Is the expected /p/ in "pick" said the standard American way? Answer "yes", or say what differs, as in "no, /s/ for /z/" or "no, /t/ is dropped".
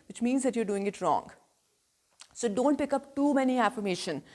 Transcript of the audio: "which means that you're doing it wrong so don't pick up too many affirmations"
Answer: yes